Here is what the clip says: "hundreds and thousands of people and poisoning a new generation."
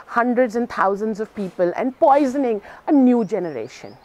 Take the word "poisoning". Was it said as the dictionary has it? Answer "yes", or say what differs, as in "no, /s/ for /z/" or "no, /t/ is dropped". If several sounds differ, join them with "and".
yes